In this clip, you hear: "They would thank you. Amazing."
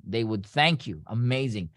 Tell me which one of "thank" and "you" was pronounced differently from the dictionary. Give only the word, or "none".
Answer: none